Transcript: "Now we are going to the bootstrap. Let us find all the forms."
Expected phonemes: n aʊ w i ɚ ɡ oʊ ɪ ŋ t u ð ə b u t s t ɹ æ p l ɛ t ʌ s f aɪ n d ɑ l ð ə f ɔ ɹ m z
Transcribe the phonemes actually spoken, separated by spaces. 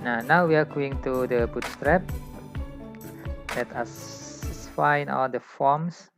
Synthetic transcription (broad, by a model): n aʊ w i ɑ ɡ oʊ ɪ ŋ t u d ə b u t s t ɹ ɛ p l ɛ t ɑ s f aɪ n ɑ l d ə f ɔ m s